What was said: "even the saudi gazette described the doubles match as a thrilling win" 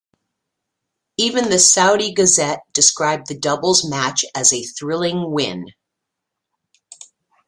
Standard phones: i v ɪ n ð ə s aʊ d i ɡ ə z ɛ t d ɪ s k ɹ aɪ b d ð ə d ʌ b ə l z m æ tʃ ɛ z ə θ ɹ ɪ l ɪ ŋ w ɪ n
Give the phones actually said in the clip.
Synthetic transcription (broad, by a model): i v ɪ n ð ə s aʊ d i ɡ ə z ɛ t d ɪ s k ɹ aɪ b ð ə d ʌ b l z m æ tʃ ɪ z ə θ ɹ ɪ l ɪ ŋ w ɪ n